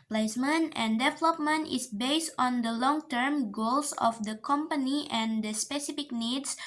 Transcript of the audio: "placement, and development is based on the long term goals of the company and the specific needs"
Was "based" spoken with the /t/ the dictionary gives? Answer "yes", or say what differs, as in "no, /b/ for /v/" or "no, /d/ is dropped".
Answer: yes